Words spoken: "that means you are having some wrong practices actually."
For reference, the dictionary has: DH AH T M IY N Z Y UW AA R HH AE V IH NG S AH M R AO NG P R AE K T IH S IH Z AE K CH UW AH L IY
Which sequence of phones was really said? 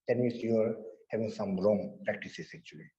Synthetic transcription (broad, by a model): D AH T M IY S Y UW AA R HH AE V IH NG S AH M R AO NG P R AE K T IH S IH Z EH K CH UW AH L IY